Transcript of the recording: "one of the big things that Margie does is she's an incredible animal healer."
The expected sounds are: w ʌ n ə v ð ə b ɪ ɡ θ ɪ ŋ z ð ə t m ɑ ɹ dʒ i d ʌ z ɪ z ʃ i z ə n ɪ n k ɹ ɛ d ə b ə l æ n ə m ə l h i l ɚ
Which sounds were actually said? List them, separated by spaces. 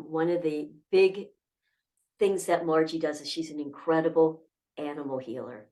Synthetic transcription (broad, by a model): w ʌ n ə v ð ə b ɪ ɡ θ ɪ ŋ z ð ə t m ɑ ɹ dʒ i d ʌ z ɪ z ʃ i z n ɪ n k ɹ ɛ d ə b l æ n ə m l h i l ɚ